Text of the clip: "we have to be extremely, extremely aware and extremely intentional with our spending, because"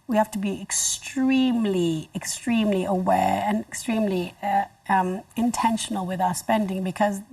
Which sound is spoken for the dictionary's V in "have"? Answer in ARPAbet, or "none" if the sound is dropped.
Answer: F